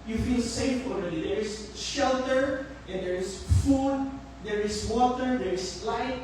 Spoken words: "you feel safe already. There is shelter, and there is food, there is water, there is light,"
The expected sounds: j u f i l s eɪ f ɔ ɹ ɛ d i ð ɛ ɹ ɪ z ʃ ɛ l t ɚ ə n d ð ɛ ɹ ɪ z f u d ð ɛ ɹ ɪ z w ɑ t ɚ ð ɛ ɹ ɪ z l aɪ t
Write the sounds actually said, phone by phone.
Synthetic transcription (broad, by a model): j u f i l s eɪ f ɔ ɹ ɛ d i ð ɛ ɹ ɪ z ʃ ɛ l t ɚ ə n d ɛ ɹ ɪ s f u d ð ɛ ɹ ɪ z w ɑ t ɚ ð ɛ ɹ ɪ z l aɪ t